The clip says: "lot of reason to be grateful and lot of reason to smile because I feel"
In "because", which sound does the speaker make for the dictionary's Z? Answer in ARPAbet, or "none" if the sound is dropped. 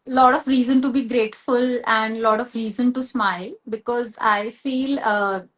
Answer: Z